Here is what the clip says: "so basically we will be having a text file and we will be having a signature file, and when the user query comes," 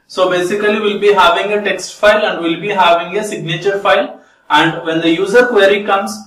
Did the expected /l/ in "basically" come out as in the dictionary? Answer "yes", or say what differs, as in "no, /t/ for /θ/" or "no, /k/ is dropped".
no, /l/ is dropped